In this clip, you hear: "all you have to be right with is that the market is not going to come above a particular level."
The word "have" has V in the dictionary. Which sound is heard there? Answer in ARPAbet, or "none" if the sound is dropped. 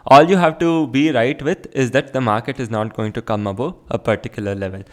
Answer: V